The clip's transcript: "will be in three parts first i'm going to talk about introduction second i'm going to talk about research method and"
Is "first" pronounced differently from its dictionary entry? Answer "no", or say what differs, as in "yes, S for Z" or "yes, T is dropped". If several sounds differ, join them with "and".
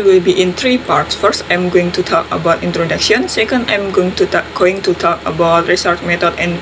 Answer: no